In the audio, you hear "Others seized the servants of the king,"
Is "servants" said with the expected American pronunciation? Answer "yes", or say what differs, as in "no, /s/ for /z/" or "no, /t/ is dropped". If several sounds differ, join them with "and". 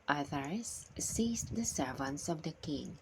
yes